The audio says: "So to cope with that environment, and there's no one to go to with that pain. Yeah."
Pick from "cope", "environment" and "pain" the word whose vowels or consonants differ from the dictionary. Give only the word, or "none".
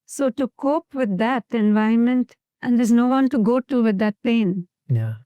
environment